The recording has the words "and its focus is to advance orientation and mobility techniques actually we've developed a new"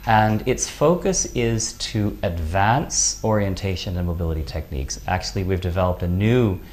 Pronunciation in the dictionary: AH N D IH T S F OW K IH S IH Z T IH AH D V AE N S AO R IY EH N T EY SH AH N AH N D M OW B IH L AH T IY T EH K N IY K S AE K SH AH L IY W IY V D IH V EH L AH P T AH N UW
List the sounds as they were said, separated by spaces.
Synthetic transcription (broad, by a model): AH N IH T S F OW K IH S IH Z T IH AH D V AE N S AO R IY EH N T EY SH AH N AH N M OW B IH L AH T IY T EH K N IY K S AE K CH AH L IY W IY V D IH V EH L AH P T AH N UW